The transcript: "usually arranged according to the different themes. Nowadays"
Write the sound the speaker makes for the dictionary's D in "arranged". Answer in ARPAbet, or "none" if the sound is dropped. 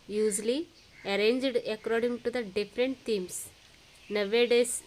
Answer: D